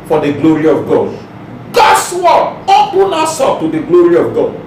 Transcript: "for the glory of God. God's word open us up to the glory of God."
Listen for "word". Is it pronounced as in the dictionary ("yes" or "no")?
no